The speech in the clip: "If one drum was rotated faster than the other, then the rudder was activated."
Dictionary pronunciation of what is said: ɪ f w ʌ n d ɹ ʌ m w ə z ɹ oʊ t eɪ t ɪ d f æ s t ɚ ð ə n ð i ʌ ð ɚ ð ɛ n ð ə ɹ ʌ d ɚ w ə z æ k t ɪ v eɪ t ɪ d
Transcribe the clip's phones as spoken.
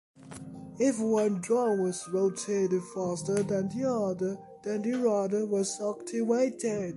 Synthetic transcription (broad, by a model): ɪ f w ʌ n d ɹ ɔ w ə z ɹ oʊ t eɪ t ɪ f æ s t ɚ ð ə n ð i ʌ ð ɚ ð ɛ n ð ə ɹ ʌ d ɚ w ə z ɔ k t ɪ w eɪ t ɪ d